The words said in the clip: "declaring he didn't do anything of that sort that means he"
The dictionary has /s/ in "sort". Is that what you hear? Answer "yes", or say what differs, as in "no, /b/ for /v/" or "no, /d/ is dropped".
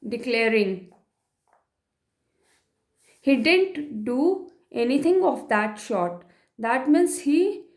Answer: no, /ʃ/ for /s/